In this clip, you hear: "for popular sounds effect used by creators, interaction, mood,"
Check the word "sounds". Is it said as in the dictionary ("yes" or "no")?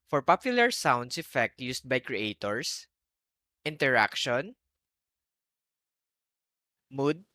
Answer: no